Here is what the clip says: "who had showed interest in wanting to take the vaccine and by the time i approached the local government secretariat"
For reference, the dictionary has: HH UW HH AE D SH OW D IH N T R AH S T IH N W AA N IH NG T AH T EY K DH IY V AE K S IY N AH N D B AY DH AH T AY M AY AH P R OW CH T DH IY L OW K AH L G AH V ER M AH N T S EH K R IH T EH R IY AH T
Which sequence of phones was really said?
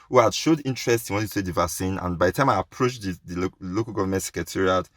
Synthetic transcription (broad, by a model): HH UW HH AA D SH OW D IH N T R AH S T IH N W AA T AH S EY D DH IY V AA K S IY N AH N B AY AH T AY M AY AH P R OW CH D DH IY L OW K AH L G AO V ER M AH N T S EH K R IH T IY R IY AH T